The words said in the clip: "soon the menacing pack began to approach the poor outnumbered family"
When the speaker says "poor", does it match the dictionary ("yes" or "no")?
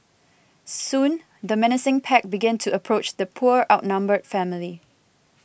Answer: yes